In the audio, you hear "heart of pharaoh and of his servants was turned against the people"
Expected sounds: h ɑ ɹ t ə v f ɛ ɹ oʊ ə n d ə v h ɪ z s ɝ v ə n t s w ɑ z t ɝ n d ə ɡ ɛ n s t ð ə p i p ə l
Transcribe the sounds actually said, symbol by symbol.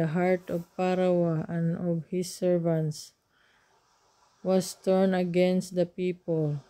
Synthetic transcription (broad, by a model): h ɑ ɹ t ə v p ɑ ɹ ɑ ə n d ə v h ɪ s ɝ v ə n t s w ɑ s t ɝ n ə ɡ ɛ n s t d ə p i p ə l